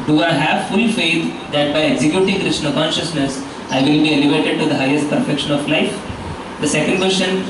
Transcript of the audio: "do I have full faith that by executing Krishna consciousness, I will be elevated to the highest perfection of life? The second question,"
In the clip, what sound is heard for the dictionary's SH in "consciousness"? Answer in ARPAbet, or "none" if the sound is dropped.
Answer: SH